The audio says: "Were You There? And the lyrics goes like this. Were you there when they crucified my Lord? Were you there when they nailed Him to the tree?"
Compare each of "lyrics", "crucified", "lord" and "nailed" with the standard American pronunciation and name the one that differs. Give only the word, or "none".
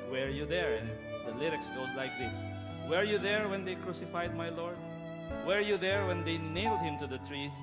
none